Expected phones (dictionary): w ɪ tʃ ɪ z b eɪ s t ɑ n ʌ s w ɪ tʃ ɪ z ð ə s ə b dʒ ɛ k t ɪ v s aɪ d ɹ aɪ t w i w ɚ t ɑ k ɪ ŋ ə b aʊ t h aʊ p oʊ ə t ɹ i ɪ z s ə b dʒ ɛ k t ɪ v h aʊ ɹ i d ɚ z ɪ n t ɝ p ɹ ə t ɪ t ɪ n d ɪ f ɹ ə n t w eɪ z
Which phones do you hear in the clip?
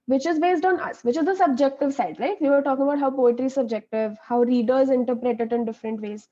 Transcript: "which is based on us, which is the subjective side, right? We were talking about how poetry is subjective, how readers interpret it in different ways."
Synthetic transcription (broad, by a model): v ɪ tʃ ɪ z b eɪ s t ɑ n ʌ s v ɪ tʃ ɪ z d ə s ə b dʒ ɛ k t ɪ v s aɪ d l aɪ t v i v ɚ t ɑ k ɪ ŋ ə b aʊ t h aʊ p oʊ ə t ɹ i s ə b dʒ ɛ k t ɪ v h aʊ ɹ i d ɚ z ɪ n t ɝ p ɹ ə t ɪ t ɪ n d ɪ f ɹ ə n t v eɪ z